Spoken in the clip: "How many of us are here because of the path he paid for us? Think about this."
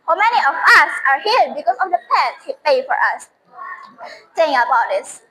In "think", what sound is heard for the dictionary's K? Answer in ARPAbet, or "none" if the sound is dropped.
none